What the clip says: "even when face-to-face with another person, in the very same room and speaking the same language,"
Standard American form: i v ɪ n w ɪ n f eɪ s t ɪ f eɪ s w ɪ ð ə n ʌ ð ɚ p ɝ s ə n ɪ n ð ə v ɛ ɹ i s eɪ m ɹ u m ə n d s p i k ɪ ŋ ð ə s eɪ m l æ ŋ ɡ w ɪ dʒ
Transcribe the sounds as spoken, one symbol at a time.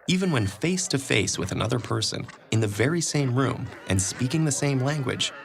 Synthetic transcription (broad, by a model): i v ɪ n w ɪ n f eɪ s t ɪ f eɪ s w ɪ ð ə n ʌ ð ɚ p ɝ s ə n ɪ n ð ə v ɛ ɹ i s eɪ m ɹ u m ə n s p i k ɪ ŋ ð ə s eɪ m l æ ŋ ɡ w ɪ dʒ